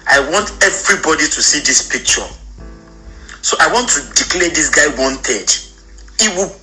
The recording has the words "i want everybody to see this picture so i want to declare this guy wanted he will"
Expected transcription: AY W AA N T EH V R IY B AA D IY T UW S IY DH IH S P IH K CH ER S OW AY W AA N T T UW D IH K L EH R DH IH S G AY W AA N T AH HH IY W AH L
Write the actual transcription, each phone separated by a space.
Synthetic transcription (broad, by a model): AY W AA N T EH V R IY B AA D IY T UW S IY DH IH S P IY K CH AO S OW AY W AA N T T UW D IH K L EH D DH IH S G AY W AA N T AH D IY W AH